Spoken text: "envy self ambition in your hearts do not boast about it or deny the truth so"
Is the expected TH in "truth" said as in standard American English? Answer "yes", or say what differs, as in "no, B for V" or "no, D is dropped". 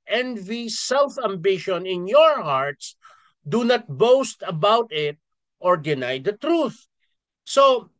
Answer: yes